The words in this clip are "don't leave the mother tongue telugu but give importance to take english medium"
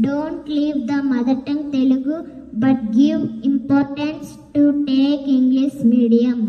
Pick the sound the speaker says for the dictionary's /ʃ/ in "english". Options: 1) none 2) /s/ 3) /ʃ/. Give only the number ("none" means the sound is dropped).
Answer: 2